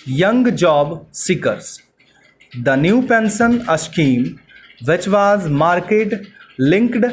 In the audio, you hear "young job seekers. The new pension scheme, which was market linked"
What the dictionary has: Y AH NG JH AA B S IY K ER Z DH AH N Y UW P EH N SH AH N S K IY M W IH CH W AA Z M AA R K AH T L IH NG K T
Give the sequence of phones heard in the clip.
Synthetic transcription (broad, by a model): Y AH NG JH AA B S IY K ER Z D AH N Y UW P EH N S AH N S K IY M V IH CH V AA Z M AA R K AH T L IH NG K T